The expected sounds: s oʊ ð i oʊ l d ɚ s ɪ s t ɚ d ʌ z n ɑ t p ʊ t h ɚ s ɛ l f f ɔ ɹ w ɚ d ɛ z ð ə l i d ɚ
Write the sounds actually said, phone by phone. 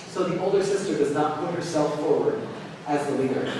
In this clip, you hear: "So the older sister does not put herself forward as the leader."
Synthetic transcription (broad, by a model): s oʊ ð i oʊ l d ɚ s ɪ s t ɚ d ʌ z n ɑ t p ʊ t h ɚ s ɛ l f f ɔ ɹ w ɚ d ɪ z ð ə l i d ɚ